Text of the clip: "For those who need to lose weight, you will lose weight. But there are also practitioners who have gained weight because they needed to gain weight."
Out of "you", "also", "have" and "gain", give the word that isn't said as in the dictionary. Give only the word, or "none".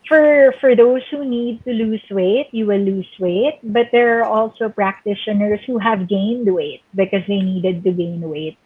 none